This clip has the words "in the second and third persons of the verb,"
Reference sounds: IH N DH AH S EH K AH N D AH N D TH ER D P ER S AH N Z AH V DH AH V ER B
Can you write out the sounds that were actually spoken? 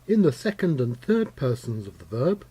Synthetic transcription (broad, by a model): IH N DH AH S EH K AH N D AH N TH ER D P ER S AH N Z AH V DH AH V ER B